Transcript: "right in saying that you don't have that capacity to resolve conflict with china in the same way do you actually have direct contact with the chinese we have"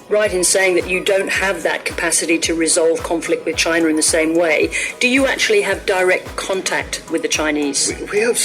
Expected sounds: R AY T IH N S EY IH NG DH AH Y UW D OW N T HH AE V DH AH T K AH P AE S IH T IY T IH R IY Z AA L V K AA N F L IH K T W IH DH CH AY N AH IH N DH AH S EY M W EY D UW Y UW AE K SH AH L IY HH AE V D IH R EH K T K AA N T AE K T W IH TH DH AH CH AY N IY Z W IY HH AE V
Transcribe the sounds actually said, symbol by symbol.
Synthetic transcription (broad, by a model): R AY T IH N S EY IH NG DH AH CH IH D OW N T HH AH V DH AH T K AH P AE S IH T IY T IH R IY Z AA L V K AA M F L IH K T W IH DH CH AY N AH IH N DH AH S EY M W EY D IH Y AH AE K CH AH L IY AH V D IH R EH K T K AA N T AE K T W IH DH AH CH AY N IY Z W IY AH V